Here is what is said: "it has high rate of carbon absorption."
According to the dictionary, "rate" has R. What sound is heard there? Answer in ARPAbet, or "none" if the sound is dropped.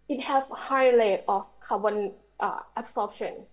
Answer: L